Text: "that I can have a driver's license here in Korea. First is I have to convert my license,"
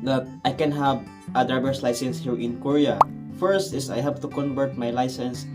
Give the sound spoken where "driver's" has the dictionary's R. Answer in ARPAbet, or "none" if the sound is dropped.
none